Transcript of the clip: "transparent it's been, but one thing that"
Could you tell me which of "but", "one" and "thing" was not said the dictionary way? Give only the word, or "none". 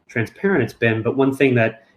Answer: none